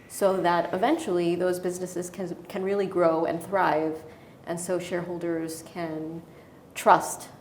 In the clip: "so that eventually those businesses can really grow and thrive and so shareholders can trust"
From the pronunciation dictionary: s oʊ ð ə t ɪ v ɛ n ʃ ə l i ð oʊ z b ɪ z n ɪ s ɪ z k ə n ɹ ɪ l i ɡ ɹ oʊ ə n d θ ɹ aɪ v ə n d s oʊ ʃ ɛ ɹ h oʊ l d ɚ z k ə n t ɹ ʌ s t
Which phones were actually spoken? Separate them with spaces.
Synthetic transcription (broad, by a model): s oʊ ð ə t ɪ v ɛ n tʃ l i ð oʊ z b ɪ z n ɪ s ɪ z k ə n ɹ ɪ l i ɡ ɹ oʊ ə n θ ɹ aɪ v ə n s oʊ ʃ ɛ ɹ h oʊ l d ɚ z k ə n t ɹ ʌ s t